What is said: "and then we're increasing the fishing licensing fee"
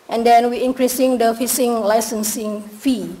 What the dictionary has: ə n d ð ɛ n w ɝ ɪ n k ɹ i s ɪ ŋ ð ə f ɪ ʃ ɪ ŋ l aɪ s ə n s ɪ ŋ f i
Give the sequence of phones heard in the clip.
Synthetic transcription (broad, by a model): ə n d ɛ n w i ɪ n k ɹ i s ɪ ŋ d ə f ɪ s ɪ ŋ l aɪ s ə n s ɪ ŋ f i